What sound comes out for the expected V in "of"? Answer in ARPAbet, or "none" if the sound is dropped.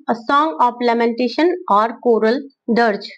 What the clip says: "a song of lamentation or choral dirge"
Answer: P